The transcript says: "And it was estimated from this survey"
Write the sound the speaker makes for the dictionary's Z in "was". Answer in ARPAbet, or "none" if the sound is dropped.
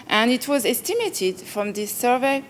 Z